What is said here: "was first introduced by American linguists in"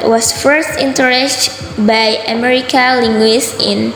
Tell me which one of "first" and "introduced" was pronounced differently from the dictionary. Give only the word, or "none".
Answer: introduced